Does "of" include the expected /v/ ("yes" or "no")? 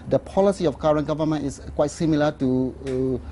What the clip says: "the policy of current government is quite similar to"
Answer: no